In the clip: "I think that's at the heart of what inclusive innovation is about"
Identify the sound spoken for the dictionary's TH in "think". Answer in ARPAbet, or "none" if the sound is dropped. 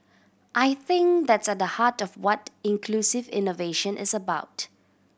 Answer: TH